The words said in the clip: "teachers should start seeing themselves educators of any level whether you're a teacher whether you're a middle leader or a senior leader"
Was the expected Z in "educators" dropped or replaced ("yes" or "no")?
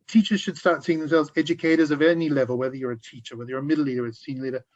no